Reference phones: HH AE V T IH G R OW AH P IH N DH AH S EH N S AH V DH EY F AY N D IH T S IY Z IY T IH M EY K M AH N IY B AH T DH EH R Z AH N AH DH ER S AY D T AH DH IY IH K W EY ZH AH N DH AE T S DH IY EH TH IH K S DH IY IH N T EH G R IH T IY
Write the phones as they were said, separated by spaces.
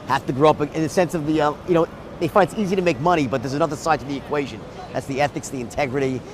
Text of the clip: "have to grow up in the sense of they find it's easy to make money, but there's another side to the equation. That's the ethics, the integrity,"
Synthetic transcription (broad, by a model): HH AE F T IH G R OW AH P IH N DH AH S EH N S AH V DH EY F AY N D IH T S IY Z IY T IH M EY K M AH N IY B AH T DH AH R Z AH N AH DH ER S AY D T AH DH IY IH K W EY ZH AH N DH AE T S DH IY EH TH IH K S DH IY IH N T EH G R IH T IY